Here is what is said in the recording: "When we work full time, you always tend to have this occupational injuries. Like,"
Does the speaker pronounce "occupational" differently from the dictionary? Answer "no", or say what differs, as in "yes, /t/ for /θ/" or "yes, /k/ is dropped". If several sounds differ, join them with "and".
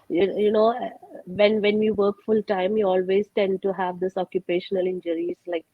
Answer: no